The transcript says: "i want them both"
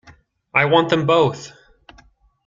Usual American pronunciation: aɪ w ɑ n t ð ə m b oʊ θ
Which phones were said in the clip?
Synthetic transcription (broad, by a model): aɪ w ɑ n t ð ə m b oʊ θ